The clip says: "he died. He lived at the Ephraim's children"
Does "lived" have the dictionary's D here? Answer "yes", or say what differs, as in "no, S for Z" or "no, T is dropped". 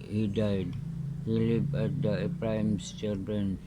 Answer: no, D is dropped